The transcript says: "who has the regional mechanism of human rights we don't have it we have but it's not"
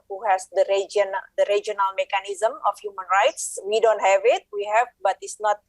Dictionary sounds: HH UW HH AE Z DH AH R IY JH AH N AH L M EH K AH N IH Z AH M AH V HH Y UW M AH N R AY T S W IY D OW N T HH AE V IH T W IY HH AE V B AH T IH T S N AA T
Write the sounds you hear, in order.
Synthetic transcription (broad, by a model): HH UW HH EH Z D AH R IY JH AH N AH L M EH K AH N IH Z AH M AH F HH Y UW M AH N R AY T S W IY D OW N T HH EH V IH T W IY HH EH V B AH T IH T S N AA T